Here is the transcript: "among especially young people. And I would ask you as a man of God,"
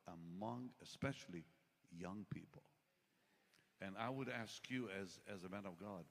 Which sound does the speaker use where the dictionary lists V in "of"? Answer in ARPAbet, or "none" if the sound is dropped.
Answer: V